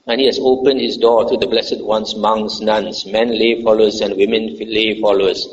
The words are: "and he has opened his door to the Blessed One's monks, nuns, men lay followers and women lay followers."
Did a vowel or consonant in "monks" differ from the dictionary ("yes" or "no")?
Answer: yes